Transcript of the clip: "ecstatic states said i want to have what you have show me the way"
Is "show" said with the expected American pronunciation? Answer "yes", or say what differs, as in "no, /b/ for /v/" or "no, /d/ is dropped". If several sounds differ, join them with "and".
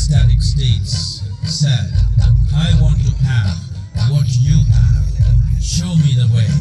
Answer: yes